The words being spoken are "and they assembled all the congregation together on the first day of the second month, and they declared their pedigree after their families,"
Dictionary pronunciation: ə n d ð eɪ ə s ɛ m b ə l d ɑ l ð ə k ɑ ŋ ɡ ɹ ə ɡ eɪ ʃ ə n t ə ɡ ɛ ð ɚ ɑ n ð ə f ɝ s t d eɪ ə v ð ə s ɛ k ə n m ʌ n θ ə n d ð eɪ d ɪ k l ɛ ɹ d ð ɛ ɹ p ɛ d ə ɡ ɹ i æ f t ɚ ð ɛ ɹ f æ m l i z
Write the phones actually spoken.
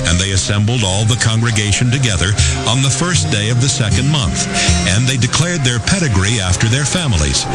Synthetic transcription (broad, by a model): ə n ð eɪ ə s ɛ m b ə l d ɑ l ð ə k ɑ ŋ ɡ ɹ ə ɡ eɪ ʃ ə n t ə ɡ ɛ ð ɚ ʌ n ð ə f ɝ s d eɪ ə v ð ə s ɛ k ə n m ʌ n θ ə n ð eɪ d ɪ k l ɛ ɹ d ð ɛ ɹ p ɛ d ə ɡ ɹ i æ f t ɚ ð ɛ ɹ f æ m l i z